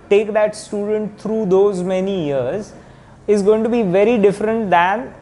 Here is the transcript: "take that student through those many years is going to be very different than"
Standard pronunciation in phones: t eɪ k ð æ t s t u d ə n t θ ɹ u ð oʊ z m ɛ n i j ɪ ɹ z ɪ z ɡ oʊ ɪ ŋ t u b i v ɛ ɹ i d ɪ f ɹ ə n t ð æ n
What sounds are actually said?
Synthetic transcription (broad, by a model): t eɪ k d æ t s t u d ə n t t ɹ u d oʊ z m ɛ n i j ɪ ɹ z ɪ z ɡ oʊ ɪ ŋ t u b i v ɛ ɹ i d ɪ f ɹ ə n t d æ n